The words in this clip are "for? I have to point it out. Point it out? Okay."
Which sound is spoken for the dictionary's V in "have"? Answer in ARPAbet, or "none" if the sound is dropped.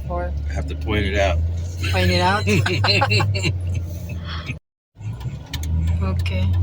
F